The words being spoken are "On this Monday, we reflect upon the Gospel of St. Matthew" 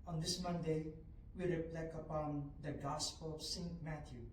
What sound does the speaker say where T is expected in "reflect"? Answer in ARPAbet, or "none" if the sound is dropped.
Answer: none